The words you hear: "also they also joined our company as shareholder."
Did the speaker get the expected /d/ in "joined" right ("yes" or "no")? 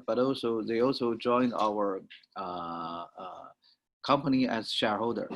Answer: yes